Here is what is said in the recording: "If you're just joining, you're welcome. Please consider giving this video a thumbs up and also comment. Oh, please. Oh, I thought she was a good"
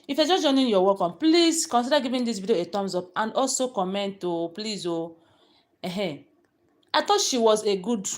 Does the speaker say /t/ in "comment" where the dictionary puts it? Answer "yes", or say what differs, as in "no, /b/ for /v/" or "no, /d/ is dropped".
yes